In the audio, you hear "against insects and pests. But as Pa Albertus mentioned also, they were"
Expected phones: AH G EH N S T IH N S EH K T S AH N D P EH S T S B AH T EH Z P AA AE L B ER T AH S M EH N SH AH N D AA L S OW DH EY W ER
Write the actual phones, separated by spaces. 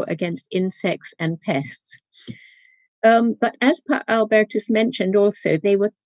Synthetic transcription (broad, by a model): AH G EH N S T IH N S EH K T S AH N P EH S T S B AH T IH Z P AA AE L B ER T AH S M EH N SH AH N D AA L S OW DH EY W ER